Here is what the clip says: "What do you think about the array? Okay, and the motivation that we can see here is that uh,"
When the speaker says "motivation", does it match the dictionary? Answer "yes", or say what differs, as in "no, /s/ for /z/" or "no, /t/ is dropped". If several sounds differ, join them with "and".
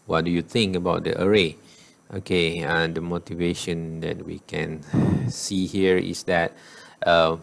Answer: yes